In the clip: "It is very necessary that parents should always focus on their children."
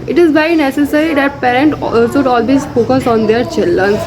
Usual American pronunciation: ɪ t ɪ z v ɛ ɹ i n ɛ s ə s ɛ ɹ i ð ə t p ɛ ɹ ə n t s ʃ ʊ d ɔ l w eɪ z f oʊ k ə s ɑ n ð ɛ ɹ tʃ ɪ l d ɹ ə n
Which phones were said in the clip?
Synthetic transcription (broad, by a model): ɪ t ɪ z b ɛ i n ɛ s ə s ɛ ɹ i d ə t p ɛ ɹ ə n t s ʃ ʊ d ɔ l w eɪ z f oʊ k ə s ɑ n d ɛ ɹ tʃ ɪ l d ɹ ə n